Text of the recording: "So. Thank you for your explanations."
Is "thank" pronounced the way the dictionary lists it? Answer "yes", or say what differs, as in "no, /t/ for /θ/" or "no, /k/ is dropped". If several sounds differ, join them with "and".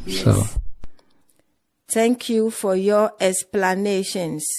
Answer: no, /t/ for /θ/